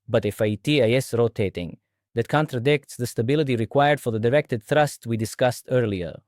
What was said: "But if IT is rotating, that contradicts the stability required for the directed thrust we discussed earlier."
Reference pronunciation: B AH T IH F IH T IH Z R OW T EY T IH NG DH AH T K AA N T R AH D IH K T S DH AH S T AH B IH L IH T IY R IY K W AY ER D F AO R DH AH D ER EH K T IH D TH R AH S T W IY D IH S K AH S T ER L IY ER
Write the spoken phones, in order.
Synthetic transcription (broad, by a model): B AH T IH F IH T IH S R OW T EY T IH NG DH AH T K AA N T R AH D IH K T S DH AH S T AH B IH L IH T IY R IY K W AY ER D F AO R DH AH D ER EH K T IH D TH R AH S T W IY D IH S K AH S T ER L IY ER